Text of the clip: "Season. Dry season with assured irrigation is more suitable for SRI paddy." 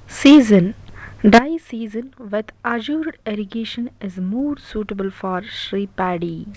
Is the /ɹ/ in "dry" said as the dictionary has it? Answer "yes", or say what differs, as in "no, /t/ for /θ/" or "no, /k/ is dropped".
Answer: no, /ɹ/ is dropped